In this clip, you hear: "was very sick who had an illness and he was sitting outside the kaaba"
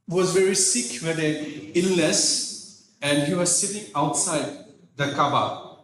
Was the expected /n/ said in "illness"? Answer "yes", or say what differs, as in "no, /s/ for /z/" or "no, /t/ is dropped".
no, /n/ is dropped